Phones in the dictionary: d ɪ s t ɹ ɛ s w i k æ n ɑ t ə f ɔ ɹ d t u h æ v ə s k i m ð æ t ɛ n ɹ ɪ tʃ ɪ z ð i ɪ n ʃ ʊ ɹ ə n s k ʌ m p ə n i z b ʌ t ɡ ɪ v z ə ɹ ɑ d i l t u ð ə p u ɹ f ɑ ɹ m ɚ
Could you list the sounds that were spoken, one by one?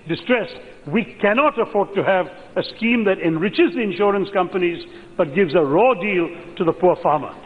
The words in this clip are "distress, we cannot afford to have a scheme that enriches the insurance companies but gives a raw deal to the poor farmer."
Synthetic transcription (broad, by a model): d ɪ s t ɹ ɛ s w i k æ n ɑ t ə f ɔ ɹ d t u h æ v ə s k i m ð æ t ɛ n ɹ ɪ tʃ ɪ z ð i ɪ n ʃ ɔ ɹ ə n s k ʌ m p ə n i z b ʌ t ɡ ɪ v z ə ɹ ɑ d i l t u ð ə p u ɹ f ɑ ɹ m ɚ